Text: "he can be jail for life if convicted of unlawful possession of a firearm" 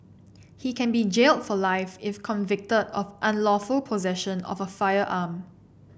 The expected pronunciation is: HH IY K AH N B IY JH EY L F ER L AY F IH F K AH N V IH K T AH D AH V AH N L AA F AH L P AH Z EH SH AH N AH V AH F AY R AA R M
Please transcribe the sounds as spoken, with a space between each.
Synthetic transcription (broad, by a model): HH IY K AH N B IY JH EY L F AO L AY F IH F K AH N V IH K T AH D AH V AH N L AA F AH L P AH Z EH SH AH N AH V AH F AY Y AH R M